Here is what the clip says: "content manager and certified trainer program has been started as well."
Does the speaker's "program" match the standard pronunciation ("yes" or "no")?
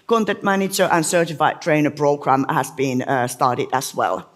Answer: no